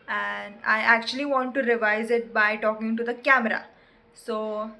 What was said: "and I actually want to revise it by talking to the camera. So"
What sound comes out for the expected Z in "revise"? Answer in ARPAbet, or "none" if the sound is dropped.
Z